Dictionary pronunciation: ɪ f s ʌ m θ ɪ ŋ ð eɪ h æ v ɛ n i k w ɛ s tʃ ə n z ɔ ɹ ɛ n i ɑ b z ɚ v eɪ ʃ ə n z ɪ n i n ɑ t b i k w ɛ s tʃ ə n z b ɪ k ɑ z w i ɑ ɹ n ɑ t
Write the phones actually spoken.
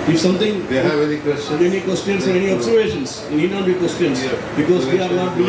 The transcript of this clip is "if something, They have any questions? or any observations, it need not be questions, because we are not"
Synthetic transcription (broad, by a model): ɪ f s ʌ m t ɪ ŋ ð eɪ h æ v ɛ n i k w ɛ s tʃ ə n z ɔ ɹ ɛ n i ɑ b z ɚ v eɪ ʃ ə n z ɪ n i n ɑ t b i k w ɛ s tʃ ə n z b ɪ k ɑ z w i ɑ ɹ n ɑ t